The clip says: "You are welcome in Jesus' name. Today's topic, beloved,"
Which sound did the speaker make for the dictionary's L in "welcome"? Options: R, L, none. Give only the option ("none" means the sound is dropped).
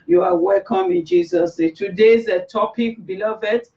L